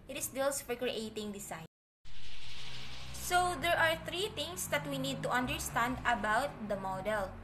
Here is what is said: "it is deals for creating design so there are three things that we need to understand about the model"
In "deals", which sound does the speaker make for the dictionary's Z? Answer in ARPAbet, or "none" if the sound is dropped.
S